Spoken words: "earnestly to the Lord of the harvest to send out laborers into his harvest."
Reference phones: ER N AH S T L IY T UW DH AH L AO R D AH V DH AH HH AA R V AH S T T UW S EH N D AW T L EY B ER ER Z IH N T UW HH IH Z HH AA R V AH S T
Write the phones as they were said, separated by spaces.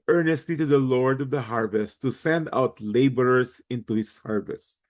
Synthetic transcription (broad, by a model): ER N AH S T L IY T UW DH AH L AO R D AH V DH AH HH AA R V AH S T T UW S EH N D AW T L EY B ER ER S IH N T UW HH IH S HH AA R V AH S